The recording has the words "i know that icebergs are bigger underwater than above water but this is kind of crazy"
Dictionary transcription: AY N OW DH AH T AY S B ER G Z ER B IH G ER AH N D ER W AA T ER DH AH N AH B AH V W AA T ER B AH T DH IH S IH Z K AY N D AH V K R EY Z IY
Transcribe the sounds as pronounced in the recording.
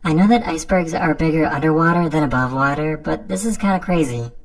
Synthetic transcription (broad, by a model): AY N OW DH AH T AY S B ER G Z ER B IH G ER AH N D ER W AA T ER DH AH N AH B AH V W AA T ER B AH T DH IH S IH Z K AY N D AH K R EY Z IY